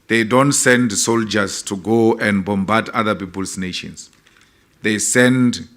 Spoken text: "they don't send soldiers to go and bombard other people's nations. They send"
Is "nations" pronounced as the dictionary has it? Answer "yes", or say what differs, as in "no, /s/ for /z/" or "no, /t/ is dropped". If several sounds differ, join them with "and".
no, /s/ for /z/